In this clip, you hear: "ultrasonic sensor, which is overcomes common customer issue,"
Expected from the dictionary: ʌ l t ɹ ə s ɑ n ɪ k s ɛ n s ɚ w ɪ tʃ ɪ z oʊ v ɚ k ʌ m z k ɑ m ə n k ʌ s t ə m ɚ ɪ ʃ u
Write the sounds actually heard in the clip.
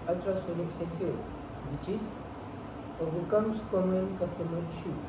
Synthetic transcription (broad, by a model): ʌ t ɹ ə s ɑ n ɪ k s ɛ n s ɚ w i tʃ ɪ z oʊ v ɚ k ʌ m s k ɑ m ə n k ʌ s t ə m ɚ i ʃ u